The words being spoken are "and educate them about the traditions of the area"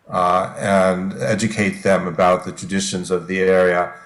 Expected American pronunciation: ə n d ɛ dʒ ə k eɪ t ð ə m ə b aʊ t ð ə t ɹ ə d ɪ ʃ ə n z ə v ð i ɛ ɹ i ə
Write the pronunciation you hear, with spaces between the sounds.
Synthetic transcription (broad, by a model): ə n ɛ dʒ ə k eɪ t ð ə m ə b aʊ t ð ə t ɹ ə d ɪ ʃ ə n z ə v ð i ɛ ɹ i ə